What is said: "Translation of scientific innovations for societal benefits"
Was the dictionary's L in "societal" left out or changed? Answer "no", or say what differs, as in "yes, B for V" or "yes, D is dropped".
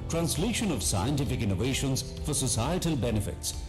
no